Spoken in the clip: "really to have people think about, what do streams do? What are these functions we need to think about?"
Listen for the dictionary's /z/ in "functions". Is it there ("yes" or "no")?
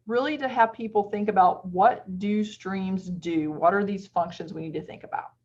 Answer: yes